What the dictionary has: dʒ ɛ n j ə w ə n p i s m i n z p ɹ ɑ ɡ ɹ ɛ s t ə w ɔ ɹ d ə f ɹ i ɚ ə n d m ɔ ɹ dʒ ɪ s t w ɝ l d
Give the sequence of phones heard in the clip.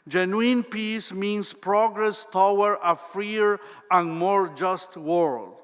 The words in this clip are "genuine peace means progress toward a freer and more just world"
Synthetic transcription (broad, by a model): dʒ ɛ n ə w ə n p i s m i n s p ɹ ɑ ɡ ɹ ɛ s t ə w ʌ ɹ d ə f ɹ i ɚ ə n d m ɔ ɹ dʒ ɪ s t w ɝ l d